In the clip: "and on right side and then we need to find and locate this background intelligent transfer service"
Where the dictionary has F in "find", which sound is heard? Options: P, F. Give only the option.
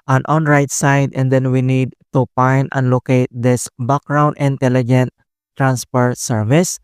P